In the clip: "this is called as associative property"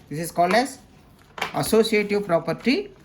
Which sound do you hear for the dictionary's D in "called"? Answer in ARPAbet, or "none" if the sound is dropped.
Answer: D